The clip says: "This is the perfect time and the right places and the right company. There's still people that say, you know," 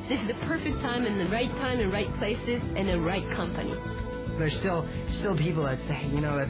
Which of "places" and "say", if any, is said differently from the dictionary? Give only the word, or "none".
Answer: none